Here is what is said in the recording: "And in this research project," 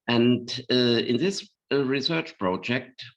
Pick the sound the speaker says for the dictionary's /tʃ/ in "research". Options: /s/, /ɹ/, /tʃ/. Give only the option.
/tʃ/